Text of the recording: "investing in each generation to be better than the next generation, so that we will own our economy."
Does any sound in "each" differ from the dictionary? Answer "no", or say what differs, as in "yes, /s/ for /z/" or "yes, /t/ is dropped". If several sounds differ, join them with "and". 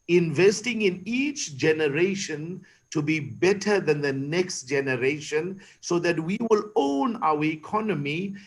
no